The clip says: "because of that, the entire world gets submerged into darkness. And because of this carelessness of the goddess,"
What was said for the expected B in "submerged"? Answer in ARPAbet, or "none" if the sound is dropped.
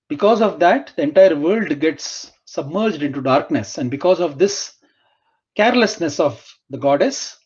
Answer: B